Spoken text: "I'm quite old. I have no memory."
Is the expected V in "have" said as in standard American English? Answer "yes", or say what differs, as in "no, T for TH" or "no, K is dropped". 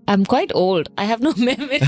yes